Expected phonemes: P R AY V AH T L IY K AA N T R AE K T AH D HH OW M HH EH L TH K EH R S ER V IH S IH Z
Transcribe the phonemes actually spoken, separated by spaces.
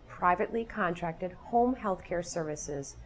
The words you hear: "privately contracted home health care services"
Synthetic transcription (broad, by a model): P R AY V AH T L IY K AA N T R AE K T AH D HH OW M HH EH L TH K EH R S ER V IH S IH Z